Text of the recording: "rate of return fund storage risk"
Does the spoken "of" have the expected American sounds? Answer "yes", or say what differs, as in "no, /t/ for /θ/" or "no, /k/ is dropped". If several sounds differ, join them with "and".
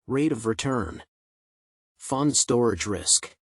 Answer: yes